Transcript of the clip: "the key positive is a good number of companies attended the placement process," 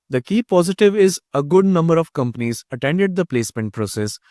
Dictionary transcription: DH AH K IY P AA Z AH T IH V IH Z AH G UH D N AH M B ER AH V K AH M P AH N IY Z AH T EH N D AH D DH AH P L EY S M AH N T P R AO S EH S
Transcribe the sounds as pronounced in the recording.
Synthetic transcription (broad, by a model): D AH K IY P AA Z AH T IH V IH Z AH G UH D N AH M B ER AH V K AH M P AH N IY Z AH T EH N D AH D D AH P L EY S M AH N T P R AO S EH S